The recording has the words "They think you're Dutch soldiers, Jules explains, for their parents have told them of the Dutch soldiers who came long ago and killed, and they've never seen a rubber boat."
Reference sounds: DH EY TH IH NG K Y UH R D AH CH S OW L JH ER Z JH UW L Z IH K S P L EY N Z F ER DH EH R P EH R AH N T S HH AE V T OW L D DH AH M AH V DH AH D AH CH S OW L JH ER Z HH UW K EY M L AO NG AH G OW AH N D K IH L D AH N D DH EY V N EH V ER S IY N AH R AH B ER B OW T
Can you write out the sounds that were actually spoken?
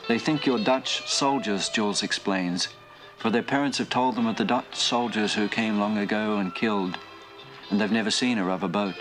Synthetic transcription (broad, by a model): DH EY TH IH NG K Y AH R D AH CH S OW L JH ER Z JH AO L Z IH K S P L EY N Z F ER DH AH R P EH R AH N T S HH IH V T OW L D DH AH M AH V DH AH D AH CH S OW L JH ER Z HH UW K EY M L AO NG AH G OW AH N K IH L D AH N DH EY V N EH V ER S IY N AH R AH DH ER B OW T